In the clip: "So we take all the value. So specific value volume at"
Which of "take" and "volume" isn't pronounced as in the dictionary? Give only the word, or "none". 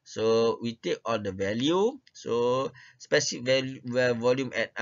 none